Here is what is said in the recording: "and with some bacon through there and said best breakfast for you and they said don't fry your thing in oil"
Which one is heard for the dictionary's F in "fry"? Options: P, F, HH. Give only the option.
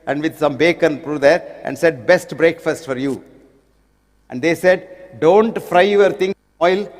F